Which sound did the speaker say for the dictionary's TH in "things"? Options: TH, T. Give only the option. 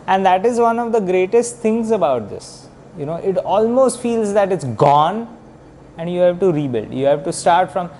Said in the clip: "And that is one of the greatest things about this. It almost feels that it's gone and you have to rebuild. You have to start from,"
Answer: T